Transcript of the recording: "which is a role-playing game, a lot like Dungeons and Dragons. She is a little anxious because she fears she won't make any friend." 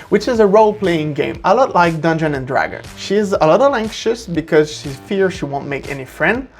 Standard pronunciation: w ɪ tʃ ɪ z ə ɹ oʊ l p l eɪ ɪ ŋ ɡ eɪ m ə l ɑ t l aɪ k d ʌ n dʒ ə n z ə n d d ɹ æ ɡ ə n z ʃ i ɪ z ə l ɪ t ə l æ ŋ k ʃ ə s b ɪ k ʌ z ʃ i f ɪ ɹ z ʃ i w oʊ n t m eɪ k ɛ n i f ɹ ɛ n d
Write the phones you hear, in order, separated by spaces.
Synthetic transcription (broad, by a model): w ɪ tʃ ɪ z ə ɹ oʊ l p l eɪ ɪ ŋ ɡ eɪ m ə l ɑ t l aɪ k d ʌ n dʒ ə n ə n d d ɹ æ ɡ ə n ʃ i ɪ z ə l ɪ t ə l æ ŋ k ʃ ə s b ɪ k ʌ z ʃ i f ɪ ɹ ʃ i w oʊ n t m eɪ k ɛ n i f ɹ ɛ n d